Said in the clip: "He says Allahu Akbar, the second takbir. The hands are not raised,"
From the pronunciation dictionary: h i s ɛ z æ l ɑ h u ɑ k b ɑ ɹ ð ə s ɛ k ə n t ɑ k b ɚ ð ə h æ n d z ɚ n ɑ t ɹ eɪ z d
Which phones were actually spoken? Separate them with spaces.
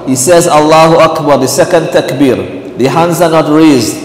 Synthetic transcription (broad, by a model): h i s ɛ z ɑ l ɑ h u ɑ k b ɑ ɹ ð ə s ɛ k ə n t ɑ k b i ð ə h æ n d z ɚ n ɑ t ɹ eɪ z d